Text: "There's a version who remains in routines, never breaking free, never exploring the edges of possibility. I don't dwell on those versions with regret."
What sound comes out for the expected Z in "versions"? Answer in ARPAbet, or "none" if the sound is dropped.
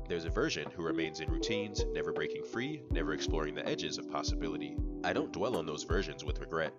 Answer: Z